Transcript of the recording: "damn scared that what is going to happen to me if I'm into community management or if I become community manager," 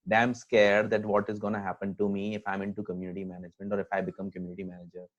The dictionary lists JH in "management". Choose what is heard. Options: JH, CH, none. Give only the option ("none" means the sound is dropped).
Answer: JH